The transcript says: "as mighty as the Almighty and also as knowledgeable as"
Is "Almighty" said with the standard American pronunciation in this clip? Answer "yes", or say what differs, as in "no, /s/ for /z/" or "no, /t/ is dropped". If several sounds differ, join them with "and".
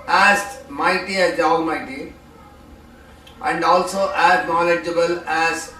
no, /l/ is dropped